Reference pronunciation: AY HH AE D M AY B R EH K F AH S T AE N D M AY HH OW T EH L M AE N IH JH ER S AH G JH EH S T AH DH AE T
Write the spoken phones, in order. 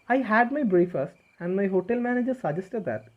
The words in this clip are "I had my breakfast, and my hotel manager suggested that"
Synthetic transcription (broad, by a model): AY HH AE D M AY B R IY F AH S T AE N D M AY HH OW T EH L M AE N IH JH ER S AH JH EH S T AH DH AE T